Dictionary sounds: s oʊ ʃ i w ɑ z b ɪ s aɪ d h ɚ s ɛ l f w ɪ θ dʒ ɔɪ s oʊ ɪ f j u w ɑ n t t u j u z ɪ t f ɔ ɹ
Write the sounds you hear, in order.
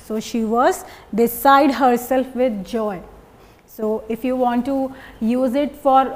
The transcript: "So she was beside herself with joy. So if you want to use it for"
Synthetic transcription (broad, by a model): s oʊ ʃ i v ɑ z b ɪ s aɪ d h ɚ s ɛ l f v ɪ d dʒ ɔɪ s oʊ ɪ f j u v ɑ n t t u j u z ɪ t f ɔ ɹ